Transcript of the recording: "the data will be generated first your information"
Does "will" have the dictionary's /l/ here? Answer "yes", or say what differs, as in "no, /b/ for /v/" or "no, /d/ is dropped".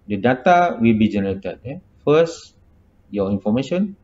yes